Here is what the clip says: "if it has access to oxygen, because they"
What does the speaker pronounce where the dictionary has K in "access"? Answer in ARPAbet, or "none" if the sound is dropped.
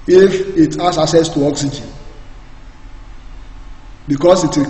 none